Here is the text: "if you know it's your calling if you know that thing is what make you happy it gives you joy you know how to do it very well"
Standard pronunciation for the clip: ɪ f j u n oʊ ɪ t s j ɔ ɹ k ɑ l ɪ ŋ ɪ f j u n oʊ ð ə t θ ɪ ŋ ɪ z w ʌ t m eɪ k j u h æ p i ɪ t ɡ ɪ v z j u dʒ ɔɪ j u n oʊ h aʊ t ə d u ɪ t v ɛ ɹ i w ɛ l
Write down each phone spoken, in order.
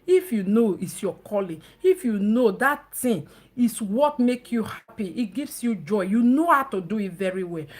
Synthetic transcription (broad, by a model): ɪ f j u n oʊ ɪ t s j ɔ k ɑ l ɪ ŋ ɪ f j u n oʊ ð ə t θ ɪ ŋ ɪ s w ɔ t m eɪ k j u h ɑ p i ɪ t ɡ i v s j u dʒ ɔɪ j u n oʊ h aʊ t ə d u ɪ t v ɛ ɹ i w ɛ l